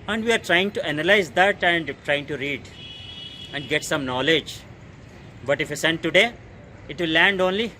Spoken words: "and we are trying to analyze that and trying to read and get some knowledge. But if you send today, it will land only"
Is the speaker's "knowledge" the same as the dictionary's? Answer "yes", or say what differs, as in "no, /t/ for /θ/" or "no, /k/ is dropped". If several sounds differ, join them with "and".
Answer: yes